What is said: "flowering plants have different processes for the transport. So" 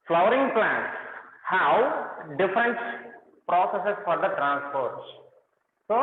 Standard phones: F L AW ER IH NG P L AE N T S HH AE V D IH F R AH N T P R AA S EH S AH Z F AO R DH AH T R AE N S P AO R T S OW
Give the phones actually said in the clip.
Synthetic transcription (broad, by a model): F L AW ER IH NG P L AE N T S HH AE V D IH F R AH N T P R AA S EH S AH S F AO R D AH T R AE N S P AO R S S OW